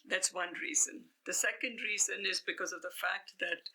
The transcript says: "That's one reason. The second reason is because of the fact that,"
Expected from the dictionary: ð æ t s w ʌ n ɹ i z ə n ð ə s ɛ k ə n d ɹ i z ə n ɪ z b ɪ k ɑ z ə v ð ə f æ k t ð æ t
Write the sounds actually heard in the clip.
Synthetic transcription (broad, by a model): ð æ t s w ʌ n ɹ i z ə n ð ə s ɛ k ə n d ɹ i z ə n ɪ z b ɪ k ɑ z ə v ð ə f æ k t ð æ t